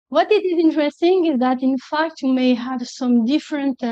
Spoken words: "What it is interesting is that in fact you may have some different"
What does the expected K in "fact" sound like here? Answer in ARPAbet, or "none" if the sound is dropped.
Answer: K